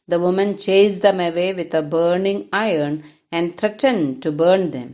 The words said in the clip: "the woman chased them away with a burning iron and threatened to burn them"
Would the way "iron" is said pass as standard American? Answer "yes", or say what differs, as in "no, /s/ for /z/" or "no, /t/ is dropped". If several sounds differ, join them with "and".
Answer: yes